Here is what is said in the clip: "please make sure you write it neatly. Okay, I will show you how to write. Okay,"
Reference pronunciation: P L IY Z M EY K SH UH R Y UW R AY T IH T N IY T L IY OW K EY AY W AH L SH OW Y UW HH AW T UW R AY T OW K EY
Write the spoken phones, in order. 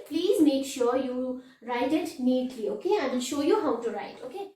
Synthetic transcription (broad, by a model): P L IY Z M EY K SH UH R Y UW R AY T IH T N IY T L IY OW K EY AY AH N SH OW Y UW HH AW T UW R AY T OW K EY